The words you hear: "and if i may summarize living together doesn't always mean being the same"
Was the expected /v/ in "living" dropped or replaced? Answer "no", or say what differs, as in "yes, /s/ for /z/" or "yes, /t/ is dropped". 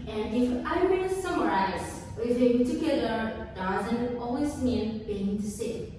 yes, /v/ is dropped